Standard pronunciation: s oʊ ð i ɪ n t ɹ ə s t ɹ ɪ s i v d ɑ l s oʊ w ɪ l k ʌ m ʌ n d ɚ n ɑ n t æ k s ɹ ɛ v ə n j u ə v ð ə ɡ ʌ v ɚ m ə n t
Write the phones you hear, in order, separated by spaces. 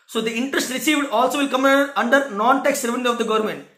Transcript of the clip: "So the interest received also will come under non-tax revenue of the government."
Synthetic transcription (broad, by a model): s oʊ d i ɪ n t ɹ ə s t ɹ ɪ s i v d ɑ l s oʊ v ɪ l k ʌ m ʌ n d ɚ n ɑ n t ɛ k s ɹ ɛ v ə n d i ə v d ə ɡ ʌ v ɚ m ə n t